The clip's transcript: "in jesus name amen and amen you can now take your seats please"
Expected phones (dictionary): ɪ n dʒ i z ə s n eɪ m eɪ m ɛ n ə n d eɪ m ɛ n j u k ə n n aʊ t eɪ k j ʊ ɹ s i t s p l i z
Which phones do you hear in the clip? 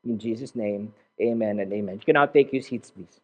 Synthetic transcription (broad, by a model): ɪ n dʒ i z ə s n eɪ m eɪ m ɛ n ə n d eɪ m ɛ n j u k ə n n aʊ t eɪ k j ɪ s i t s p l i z